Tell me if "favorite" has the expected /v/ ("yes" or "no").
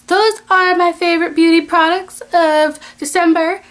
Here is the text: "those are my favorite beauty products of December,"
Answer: yes